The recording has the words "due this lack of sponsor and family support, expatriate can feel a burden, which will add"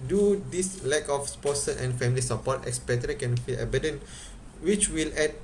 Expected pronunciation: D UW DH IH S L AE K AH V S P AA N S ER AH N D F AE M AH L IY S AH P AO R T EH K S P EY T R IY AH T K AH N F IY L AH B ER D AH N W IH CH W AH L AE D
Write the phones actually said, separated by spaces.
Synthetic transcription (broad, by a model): D UW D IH S L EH K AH F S P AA S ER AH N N F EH M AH L IY S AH P AO T EH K S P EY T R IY K AH N F IY L AH B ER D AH N W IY CH W AH L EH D